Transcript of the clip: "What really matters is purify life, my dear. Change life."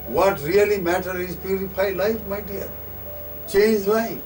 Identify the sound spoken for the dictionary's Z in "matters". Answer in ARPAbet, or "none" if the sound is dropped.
none